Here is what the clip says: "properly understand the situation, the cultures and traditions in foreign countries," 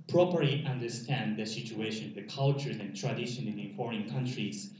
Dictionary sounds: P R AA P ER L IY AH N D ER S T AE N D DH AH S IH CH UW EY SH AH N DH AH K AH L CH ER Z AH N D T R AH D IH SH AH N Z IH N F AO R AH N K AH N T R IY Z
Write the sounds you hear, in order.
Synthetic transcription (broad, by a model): P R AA P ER L IY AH N D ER S T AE N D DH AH S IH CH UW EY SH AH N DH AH K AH L CH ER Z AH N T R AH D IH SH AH N IH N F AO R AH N K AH N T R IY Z